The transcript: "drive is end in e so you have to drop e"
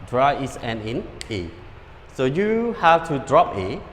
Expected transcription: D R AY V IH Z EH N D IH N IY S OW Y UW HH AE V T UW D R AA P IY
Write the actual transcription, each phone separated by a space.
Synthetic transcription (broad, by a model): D R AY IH S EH N IH N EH S OW Y UW HH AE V T UW D R AA P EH